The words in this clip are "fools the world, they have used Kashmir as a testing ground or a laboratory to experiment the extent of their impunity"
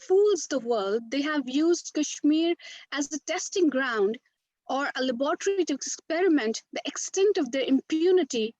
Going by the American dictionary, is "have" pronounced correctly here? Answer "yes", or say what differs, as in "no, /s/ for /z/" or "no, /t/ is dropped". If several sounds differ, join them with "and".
yes